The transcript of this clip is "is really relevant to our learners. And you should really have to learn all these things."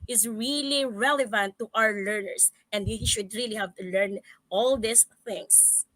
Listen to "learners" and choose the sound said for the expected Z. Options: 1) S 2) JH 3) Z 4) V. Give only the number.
1